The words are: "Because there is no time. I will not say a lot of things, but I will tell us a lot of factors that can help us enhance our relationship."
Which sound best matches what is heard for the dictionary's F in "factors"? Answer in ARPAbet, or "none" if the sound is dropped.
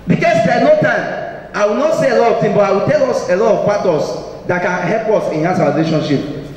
P